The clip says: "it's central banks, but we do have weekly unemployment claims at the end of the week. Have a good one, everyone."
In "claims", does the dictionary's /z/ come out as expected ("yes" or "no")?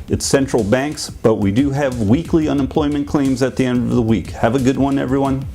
yes